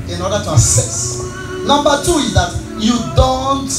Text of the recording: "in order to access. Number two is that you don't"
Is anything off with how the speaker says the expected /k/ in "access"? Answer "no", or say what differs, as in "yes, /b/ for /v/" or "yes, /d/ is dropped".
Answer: yes, /k/ is dropped